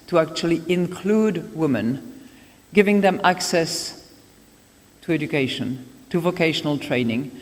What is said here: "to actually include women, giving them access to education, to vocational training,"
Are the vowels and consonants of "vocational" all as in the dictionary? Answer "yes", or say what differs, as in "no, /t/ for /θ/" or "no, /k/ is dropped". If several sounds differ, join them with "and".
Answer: yes